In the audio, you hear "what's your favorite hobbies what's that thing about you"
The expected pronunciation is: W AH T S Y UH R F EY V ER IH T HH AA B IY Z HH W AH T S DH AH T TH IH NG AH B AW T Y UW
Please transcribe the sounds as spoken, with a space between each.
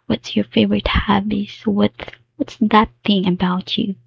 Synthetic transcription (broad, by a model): W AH T S Y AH R F EY V ER IH T HH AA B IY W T W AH T S DH AH T TH IH NG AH B AW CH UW